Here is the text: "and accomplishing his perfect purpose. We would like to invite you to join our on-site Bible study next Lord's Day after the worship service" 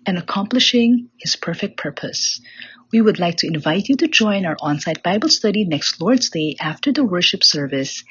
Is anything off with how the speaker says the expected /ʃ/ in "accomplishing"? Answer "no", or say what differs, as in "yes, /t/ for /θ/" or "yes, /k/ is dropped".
no